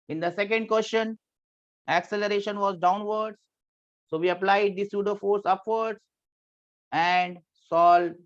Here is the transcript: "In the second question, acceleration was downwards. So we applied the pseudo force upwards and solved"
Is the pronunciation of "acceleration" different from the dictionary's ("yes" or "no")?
no